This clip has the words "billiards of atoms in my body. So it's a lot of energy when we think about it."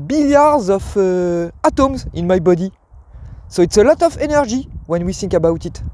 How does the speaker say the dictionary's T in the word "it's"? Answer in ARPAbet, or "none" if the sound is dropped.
T